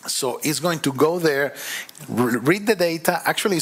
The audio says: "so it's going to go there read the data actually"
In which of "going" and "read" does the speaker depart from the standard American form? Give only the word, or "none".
none